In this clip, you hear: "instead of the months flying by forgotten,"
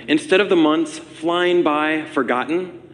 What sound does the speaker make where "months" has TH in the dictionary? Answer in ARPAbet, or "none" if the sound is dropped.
TH